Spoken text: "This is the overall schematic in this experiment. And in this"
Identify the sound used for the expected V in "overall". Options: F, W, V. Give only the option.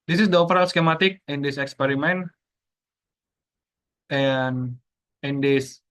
F